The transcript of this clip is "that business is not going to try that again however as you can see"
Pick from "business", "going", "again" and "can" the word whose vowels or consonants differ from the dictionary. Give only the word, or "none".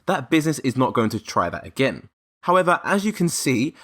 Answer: none